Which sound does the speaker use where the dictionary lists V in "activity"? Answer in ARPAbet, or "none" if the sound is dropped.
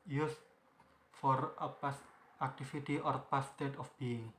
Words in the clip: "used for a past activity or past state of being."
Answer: F